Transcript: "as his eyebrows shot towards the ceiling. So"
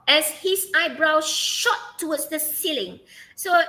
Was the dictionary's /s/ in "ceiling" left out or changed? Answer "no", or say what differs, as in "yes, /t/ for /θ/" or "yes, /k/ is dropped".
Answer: no